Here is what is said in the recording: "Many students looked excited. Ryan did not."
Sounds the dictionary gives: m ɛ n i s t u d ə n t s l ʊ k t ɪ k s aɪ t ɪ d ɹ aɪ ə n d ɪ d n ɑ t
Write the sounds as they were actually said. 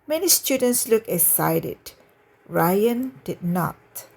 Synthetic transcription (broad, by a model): m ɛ n i s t u d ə n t s l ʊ k ɪ s aɪ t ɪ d ɹ aɪ ə n d ɪ d n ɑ t